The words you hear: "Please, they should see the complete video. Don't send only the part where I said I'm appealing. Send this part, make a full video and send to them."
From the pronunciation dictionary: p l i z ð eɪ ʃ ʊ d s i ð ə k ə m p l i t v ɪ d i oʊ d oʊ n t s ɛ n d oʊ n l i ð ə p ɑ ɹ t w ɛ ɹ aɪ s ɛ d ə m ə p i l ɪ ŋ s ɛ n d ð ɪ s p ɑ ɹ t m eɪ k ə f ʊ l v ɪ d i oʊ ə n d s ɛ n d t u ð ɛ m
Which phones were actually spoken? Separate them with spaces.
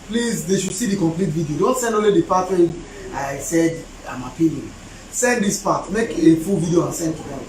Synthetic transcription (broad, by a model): p l i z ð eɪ ʃ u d s i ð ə k ə m p l i t v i d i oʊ d oʊ n t s ɛ n d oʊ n l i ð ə p ɑ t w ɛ aɪ s ɛ d ə m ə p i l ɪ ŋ s ɛ n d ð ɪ s p ɑ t m eɪ k ə f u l v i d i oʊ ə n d s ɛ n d t u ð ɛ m